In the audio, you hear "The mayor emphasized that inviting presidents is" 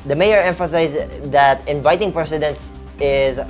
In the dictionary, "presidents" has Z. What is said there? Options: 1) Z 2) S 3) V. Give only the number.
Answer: 2